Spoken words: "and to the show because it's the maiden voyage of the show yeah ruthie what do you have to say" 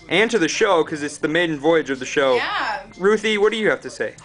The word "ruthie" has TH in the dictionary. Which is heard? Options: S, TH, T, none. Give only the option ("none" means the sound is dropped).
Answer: TH